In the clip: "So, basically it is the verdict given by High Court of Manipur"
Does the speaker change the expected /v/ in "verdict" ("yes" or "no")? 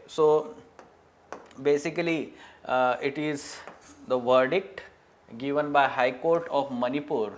no